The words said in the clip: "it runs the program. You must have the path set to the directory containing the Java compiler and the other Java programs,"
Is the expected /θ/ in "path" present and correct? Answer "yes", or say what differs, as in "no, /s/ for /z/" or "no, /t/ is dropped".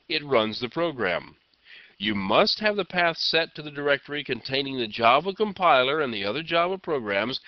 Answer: yes